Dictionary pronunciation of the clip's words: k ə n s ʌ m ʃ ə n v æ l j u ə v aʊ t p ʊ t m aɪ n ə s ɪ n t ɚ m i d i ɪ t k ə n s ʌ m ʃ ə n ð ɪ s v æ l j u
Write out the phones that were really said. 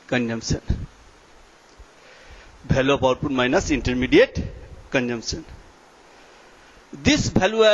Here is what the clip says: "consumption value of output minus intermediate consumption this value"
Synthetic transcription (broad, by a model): k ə n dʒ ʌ m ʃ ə n b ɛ l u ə p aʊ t p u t m aɪ n ə s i n t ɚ m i d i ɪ t k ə n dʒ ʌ m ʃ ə n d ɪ s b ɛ l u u